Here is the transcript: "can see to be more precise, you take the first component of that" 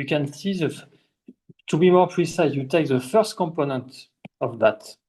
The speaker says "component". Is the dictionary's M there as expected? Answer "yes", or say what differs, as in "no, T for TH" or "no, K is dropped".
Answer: yes